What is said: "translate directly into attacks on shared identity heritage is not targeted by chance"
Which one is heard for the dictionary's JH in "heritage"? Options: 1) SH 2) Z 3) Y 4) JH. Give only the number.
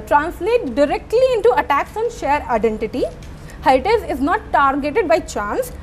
2